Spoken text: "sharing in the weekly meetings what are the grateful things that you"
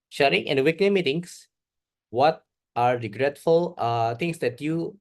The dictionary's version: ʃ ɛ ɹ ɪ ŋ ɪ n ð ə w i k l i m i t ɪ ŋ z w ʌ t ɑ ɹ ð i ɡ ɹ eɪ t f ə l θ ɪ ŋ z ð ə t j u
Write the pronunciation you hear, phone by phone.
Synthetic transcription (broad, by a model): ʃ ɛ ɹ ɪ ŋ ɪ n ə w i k n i m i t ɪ ŋ s w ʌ t ɑ ɹ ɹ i ɡ ɹ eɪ t f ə l t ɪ ŋ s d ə t j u